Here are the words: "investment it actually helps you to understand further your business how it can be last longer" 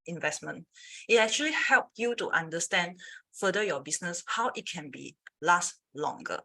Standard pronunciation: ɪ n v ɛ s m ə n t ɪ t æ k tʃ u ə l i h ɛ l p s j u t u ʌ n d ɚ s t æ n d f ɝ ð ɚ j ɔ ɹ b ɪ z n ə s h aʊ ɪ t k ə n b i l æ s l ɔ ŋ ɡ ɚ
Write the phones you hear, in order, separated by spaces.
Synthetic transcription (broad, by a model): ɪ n v ɛ s m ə n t ɪ t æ k tʃ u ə l i h ɛ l p j u t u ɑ n d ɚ s t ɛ n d f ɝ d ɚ j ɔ b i s n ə s h aʊ ɪ t k ə n b i l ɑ s l ɔ ŋ ɡ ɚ